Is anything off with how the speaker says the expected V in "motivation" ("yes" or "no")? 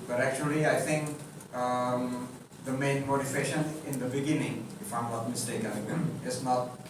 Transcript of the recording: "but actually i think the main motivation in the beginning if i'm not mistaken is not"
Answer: yes